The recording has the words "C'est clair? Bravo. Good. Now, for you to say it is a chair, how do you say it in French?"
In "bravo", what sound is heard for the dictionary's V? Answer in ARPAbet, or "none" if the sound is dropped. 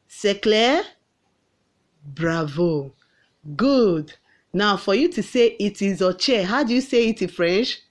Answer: V